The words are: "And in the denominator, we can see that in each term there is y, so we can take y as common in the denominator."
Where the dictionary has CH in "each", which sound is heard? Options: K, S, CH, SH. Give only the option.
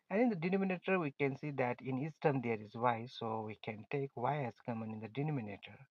S